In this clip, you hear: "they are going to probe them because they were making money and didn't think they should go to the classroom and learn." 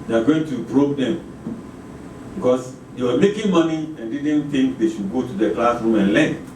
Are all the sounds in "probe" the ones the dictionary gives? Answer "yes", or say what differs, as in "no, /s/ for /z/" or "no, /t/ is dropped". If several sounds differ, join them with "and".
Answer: no, /b/ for /p/